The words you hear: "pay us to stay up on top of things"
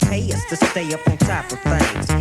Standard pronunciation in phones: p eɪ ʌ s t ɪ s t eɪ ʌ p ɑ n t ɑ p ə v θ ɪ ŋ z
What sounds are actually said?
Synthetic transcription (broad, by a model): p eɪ ʌ s t ɪ s t eɪ ʌ p n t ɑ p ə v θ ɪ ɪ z